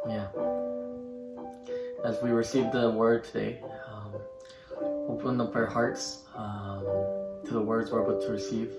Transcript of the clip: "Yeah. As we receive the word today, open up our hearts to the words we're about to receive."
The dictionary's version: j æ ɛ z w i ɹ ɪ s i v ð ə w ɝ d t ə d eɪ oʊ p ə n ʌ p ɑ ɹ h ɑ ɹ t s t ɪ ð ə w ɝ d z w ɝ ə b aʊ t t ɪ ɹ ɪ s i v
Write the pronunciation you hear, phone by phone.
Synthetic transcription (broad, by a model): j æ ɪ z w i ɹ ɪ s i v ð ə w ɝ d t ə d eɪ oʊ p ə n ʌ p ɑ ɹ h ɑ ɹ t s t ɪ ð ə w ɝ d z w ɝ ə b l t ɪ ɹ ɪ s i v